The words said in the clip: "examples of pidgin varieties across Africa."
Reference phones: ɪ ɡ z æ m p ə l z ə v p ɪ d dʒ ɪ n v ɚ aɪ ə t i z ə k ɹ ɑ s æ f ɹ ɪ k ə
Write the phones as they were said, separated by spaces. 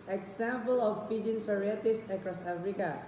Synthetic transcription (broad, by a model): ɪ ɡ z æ m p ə l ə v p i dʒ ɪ n f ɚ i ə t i s ə k ɹ ɑ s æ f ɹ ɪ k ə